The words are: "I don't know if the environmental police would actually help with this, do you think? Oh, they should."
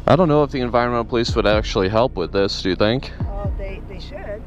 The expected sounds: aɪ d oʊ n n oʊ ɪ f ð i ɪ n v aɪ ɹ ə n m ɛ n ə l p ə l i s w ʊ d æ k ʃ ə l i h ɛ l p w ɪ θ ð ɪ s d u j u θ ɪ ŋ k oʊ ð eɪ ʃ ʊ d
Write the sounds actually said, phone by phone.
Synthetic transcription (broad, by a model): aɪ d oʊ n n oʊ ɪ f ð i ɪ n v aɪ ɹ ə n m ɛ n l p ə l i s w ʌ d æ k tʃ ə l i h ɛ l p w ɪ ð ɪ s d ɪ j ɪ θ ɪ ŋ k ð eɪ